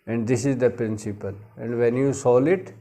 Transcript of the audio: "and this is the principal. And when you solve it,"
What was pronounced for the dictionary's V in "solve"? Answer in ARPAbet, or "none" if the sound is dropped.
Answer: none